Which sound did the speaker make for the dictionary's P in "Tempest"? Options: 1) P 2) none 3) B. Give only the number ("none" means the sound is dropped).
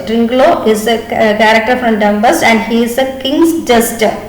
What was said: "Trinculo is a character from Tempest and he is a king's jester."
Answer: 3